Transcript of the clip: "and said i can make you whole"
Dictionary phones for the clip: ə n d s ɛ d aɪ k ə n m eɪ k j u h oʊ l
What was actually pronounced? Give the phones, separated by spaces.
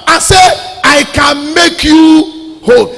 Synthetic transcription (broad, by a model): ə s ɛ aɪ k ə n m eɪ k j u h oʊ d